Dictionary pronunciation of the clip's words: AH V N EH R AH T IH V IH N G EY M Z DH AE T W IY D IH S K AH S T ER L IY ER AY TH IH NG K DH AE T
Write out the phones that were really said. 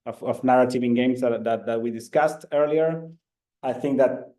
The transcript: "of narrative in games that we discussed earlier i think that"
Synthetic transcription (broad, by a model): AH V N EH R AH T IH V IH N G EY M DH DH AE T W IY D IH S K AH S T ER L IY ER AY TH IH NG K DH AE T